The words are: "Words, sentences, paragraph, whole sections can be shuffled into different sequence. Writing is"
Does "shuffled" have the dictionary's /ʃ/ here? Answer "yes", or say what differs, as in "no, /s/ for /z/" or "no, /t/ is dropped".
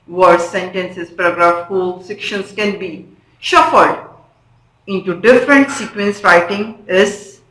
yes